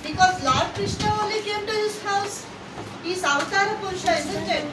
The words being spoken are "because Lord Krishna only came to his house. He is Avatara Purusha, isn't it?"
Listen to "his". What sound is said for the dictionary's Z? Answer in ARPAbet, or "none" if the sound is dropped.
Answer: S